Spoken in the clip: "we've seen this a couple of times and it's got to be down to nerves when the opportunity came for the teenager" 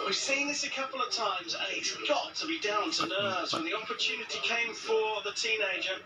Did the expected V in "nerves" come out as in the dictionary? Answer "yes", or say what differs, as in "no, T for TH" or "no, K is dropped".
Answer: no, V is dropped